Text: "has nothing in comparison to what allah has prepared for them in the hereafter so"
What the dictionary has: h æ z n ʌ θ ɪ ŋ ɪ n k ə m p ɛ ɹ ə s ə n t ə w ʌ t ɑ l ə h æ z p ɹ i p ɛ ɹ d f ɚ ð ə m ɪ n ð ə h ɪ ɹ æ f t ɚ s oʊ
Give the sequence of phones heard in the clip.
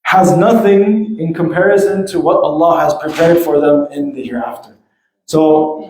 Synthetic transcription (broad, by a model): h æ z n ʌ θ ɪ ŋ ɪ n k ə m p ɛ ɹ ə s ə n t ə w ʌ t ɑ l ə h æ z p ɹ i p ɛ ɹ d f ɚ ð ə m ɪ n ð ə h ɪ ɹ æ f t ɚ s oʊ